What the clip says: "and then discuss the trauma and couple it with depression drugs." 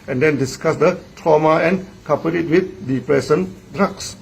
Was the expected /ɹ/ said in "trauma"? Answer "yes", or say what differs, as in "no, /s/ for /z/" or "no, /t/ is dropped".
yes